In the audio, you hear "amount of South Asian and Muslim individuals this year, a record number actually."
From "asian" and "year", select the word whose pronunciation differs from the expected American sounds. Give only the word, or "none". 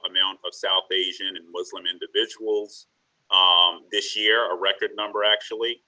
none